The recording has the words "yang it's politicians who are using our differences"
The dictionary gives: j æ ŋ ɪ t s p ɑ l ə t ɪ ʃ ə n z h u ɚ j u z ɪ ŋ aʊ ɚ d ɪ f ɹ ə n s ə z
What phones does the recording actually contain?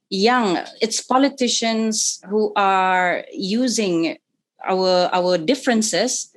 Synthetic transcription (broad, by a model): j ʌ ŋ ɪ t s p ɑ l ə t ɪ ʃ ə n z h u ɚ j u z ɪ ŋ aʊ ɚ d ɪ f ɹ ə n s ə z